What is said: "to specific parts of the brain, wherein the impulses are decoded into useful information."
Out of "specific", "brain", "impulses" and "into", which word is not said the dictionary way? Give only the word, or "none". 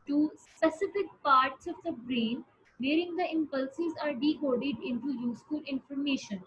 none